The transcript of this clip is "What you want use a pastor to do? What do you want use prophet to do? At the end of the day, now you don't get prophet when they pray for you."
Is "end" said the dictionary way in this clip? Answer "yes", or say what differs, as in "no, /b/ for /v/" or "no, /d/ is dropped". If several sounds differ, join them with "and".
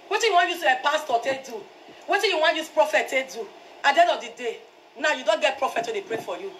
no, /n/ is dropped